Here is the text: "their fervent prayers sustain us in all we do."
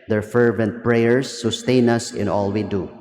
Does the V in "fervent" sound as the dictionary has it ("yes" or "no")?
yes